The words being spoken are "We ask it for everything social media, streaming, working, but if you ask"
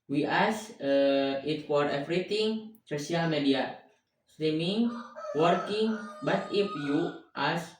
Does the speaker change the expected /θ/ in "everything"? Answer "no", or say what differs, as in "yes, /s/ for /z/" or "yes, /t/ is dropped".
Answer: yes, /t/ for /θ/